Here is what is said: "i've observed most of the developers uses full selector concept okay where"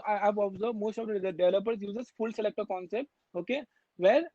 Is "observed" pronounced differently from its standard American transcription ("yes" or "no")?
yes